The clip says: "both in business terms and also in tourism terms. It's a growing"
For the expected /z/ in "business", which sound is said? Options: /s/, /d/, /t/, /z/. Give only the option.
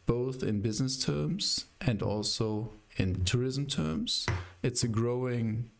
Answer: /z/